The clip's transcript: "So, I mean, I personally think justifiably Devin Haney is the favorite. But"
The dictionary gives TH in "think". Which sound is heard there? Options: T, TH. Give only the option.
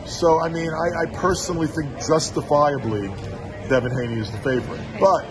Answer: TH